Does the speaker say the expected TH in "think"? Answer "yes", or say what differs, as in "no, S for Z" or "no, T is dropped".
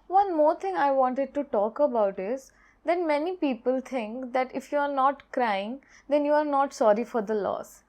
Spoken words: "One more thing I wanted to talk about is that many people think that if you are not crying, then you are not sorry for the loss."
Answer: no, T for TH